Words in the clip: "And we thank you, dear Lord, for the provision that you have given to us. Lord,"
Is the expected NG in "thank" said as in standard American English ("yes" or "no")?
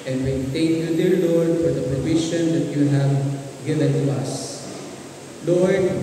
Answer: no